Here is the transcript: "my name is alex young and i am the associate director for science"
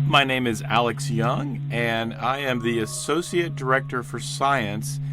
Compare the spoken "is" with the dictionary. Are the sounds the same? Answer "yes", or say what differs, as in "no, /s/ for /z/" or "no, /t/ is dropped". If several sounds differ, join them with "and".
yes